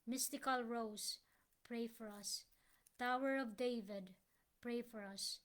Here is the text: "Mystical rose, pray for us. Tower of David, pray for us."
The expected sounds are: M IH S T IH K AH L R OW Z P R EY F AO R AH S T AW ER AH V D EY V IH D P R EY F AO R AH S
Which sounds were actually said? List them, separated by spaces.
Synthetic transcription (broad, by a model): M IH S T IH K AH L R OW S P R EY F AO R AH S T AW ER AH V D EY V IH D P R EY F AO R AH S